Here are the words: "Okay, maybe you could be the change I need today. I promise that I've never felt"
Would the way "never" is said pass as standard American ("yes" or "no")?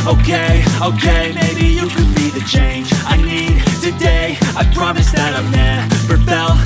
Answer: no